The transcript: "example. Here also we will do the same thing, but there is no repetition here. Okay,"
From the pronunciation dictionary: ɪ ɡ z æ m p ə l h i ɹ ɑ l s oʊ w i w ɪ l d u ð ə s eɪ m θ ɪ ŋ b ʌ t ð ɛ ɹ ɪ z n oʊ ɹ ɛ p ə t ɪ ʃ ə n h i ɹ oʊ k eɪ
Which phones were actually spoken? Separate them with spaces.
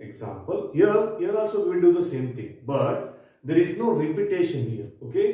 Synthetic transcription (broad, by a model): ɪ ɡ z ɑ m p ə l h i ɹ ɑ l s oʊ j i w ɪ n d u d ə s eɪ m t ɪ ŋ b ʌ t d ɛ ɹ ɪ z n oʊ ɹ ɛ p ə t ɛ ʃ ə n h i ɹ oʊ k eɪ